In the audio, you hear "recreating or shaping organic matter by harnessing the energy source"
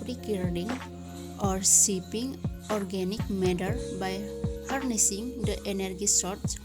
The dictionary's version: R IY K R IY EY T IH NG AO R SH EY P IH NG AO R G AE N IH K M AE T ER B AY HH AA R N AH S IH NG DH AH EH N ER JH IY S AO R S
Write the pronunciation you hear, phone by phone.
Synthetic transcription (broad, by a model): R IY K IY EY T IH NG AO R S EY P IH NG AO R G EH N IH K M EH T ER B AY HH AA R N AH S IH NG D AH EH N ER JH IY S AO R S